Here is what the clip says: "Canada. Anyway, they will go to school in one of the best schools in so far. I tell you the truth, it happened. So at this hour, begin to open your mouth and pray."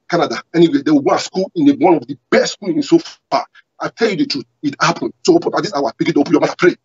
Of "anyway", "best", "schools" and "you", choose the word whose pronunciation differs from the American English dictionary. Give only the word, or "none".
schools